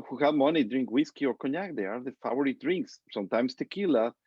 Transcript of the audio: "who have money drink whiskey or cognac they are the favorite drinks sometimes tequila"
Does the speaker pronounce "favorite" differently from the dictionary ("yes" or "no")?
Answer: yes